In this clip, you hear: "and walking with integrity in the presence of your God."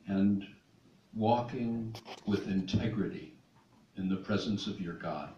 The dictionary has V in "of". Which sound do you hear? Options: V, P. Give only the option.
V